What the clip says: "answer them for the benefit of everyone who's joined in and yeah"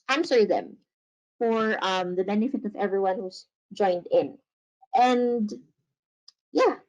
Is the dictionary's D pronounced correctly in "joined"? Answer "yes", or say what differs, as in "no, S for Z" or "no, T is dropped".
yes